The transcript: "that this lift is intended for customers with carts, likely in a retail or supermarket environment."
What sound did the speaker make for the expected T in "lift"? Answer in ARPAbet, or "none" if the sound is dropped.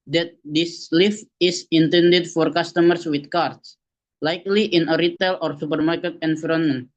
none